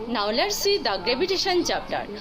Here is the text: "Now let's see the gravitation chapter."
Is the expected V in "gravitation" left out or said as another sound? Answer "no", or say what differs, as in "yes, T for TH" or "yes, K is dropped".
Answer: yes, B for V